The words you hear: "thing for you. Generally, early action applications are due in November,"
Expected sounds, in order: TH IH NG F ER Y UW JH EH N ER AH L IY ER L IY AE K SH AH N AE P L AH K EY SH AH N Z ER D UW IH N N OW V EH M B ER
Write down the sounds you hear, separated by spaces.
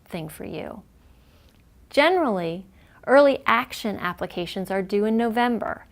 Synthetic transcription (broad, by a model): TH IH NG F ER Y UW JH EH N ER L IY ER L IY AE K SH AH N AE P L AH K EY SH AH N Z ER D UW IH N N OW V EH M B ER